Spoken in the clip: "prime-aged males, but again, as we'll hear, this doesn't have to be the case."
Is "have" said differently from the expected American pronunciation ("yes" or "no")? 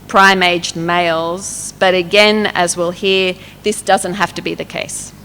yes